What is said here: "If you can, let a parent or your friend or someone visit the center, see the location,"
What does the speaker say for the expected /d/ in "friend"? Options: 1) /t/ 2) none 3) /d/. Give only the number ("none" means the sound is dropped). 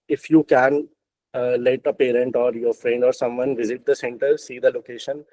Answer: 3